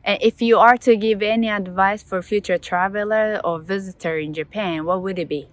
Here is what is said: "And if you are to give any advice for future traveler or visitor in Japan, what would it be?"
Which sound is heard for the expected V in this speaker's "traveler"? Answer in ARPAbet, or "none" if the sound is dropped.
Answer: V